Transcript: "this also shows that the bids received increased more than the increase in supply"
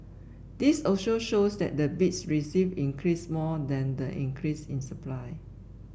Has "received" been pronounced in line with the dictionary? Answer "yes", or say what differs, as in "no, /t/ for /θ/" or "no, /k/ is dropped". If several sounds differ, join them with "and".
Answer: no, /d/ is dropped